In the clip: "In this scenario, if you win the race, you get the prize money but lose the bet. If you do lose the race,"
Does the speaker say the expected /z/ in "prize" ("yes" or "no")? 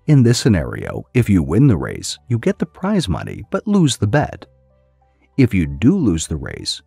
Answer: yes